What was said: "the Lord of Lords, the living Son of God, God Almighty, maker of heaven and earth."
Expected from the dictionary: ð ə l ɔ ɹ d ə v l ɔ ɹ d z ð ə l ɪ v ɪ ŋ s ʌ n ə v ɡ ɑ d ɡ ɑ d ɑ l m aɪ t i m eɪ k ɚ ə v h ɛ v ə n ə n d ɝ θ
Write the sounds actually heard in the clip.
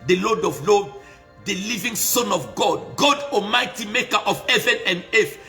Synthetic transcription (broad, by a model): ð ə l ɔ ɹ d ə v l ɔ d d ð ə l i v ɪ ŋ s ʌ n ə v ɡ ɑ d ɡ ɑ d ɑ m aɪ t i m eɪ k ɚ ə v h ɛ v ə n ə n d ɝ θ